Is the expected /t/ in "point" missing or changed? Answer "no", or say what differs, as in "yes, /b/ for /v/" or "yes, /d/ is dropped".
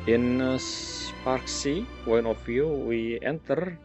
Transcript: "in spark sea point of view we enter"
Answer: yes, /t/ is dropped